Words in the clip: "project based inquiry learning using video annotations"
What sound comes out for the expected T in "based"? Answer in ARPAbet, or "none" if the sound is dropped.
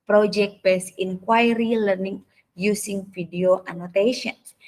none